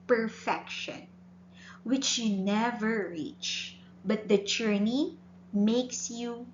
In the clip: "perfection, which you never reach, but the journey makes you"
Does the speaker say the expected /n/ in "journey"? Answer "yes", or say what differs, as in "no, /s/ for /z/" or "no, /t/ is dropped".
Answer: yes